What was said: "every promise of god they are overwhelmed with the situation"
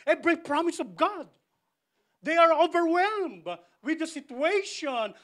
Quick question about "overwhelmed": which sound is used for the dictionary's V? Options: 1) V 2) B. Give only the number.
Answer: 1